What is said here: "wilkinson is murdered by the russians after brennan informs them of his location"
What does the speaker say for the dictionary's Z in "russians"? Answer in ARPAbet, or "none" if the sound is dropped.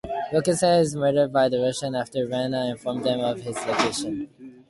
none